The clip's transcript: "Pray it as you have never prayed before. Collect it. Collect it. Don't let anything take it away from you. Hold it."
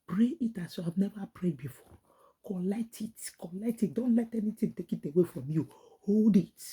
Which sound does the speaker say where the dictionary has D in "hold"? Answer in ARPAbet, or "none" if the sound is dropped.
D